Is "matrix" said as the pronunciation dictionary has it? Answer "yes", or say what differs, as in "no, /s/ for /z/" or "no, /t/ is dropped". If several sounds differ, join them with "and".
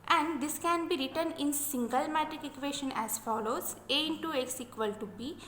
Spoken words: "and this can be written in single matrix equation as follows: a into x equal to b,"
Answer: no, /s/ is dropped